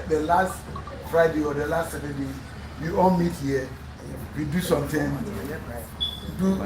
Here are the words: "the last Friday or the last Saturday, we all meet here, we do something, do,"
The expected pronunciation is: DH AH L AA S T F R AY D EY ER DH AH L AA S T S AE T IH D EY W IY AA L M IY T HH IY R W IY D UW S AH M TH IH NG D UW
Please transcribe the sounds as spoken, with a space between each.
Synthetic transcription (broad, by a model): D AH L AA S T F R AY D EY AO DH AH L AA S T S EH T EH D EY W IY AA L M IY T HH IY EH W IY D UW S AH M T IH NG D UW